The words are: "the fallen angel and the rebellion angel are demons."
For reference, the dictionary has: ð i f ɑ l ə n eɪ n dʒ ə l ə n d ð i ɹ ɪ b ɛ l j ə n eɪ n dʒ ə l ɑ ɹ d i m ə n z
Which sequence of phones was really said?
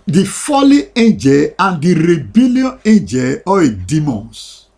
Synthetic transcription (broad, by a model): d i f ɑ l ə eɪ n dʒ ə l ə n d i ɹ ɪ b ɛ l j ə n eɪ n dʒ ə l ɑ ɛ d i m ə n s